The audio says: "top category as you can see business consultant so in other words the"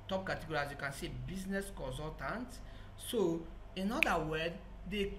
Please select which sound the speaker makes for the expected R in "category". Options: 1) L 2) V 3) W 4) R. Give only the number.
1